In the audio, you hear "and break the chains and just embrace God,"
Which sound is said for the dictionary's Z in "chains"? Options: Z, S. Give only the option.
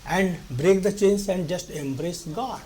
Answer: S